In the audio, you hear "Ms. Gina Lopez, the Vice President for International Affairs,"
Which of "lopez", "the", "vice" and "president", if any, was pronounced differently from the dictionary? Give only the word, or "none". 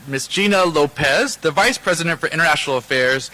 none